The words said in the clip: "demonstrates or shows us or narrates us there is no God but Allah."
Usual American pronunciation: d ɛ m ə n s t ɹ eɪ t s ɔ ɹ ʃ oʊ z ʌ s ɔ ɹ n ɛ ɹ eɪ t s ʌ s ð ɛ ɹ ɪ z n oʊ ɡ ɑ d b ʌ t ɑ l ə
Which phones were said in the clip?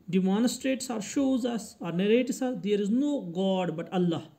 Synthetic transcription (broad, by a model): d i m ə n s t ɹ eɪ t s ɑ ɹ ʃ oʊ z ʌ s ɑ ɹ n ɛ ɹ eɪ t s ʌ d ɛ ɹ ɪ z n oʊ ɡ ɑ d b ʌ t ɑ l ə